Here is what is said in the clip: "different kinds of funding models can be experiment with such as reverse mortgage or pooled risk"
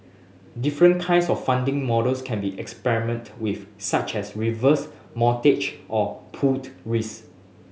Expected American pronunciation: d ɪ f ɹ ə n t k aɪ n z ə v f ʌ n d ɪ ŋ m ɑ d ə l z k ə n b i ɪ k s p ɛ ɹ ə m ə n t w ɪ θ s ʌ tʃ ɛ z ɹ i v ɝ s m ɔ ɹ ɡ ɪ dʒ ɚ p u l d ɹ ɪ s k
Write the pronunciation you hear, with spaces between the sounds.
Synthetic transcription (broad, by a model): d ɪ f ɹ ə n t k aɪ n s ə f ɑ n d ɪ ŋ m ɑ d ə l s k ə n b i ɪ k s p ɛ ɹ ə m ə n t w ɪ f s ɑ tʃ ɛ s ɹ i v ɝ s m ɔ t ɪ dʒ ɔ p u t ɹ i s